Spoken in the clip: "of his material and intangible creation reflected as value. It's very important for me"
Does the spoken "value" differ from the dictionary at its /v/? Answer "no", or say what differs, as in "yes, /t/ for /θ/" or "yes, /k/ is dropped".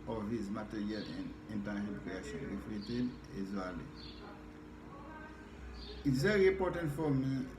yes, /w/ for /v/